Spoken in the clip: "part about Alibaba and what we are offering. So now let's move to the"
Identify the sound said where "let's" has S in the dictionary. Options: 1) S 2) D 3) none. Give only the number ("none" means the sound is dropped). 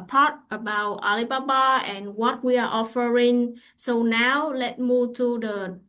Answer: 3